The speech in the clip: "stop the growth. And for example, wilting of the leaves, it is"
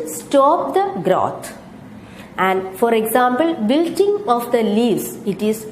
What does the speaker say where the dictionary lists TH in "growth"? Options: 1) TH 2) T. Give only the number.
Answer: 2